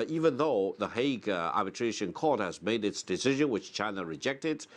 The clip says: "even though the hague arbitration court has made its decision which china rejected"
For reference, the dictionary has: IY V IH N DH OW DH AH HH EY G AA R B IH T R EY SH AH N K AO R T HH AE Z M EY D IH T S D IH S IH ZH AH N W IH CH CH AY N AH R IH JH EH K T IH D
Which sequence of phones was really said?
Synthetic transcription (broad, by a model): IY V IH N DH OW DH AH HH EY G AA R B IH T R EY SH AH N K AO R T HH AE Z M EY D IH T S D IH S IH ZH AH N W IH CH CH AY N AH R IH JH EH K T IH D